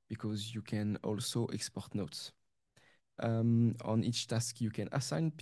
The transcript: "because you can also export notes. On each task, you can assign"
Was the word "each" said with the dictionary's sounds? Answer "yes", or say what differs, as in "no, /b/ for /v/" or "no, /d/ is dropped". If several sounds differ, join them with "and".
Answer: yes